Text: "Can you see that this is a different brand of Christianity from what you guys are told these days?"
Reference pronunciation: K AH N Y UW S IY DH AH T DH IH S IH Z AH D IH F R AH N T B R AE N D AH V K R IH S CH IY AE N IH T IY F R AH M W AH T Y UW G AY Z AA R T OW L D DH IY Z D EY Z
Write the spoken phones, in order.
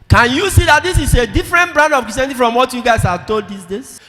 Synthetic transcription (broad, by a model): K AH N Y UW S IY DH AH T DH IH S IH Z AH D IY F R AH N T B R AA N D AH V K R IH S IY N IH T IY F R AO M W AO T Y UW G AY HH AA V T OW L D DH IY S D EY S